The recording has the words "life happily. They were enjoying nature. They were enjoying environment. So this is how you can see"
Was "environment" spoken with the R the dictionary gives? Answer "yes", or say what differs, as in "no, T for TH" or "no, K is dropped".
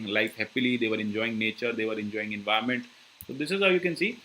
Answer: no, R is dropped